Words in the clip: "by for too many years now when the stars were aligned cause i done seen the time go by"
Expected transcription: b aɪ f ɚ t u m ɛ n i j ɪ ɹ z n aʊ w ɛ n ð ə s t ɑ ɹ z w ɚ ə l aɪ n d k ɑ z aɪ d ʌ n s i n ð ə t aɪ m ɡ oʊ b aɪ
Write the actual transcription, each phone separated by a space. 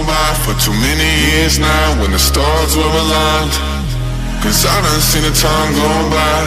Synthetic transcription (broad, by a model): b aɪ f ɚ t u m ɛ n i j ɪ ɹ z n aʊ w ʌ n ð ə s t ɑ ɹ z w ɚ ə l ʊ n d k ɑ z aɪ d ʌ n s i n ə t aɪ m ɡ oʊ b aɪ